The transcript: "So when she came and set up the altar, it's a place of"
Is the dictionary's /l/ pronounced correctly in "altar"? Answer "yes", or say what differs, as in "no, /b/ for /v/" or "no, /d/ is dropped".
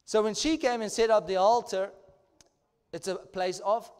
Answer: yes